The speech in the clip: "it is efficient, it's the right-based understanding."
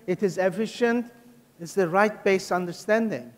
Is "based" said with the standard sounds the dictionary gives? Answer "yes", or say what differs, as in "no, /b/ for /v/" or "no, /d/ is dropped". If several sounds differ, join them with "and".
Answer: no, /t/ is dropped